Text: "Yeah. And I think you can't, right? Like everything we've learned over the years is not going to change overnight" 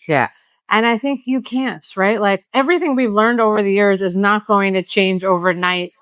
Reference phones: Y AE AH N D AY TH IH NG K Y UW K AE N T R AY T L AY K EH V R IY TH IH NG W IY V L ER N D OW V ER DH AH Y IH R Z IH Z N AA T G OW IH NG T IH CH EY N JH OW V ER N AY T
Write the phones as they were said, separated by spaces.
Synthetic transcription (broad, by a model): Y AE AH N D AY TH IH NG K Y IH K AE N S R AY T L AY K EH V R IY TH IH NG W IY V L ER N D OW V ER DH AH Y IH R Z IH Z N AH T G OW IH NG T IH CH EY N JH OW V ER N AY T